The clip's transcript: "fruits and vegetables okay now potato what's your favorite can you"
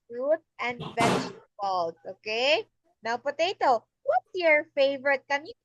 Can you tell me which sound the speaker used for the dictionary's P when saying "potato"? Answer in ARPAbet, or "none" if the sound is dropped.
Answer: P